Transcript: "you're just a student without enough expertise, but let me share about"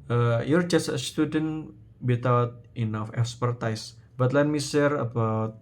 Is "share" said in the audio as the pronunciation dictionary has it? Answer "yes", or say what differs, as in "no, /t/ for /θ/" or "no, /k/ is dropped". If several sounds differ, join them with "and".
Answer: no, /s/ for /ʃ/